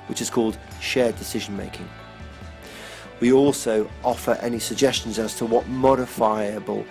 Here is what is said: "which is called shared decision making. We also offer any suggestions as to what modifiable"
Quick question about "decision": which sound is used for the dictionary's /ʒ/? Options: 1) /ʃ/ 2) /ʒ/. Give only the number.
2